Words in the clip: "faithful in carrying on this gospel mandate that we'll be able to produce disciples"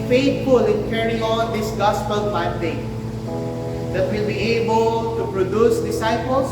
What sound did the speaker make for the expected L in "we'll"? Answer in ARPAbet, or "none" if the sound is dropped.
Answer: L